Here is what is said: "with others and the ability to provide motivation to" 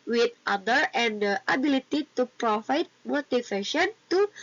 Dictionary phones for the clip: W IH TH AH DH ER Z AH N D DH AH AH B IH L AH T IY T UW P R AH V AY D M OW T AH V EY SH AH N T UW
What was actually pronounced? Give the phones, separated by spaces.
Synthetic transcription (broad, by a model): W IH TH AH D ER AH N D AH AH B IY L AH T IY T UW P R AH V AY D M OW T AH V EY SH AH N T UW